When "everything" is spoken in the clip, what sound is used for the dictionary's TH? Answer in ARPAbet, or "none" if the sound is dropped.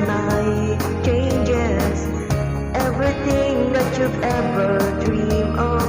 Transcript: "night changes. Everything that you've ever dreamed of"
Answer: T